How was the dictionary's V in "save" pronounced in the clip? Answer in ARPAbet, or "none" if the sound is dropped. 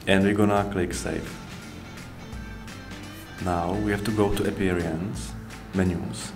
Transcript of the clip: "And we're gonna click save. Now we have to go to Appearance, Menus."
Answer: F